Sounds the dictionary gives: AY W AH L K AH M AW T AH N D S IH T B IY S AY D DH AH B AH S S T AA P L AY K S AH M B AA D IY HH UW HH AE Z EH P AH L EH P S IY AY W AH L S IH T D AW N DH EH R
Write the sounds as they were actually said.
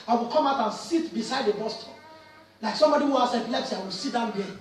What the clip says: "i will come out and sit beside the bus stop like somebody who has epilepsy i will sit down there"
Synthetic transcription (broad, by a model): AY W AH L K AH M AW T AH N S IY T B IY S AY D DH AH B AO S S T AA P L AY K S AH M B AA D IY HH UW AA S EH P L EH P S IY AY W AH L S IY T D AW N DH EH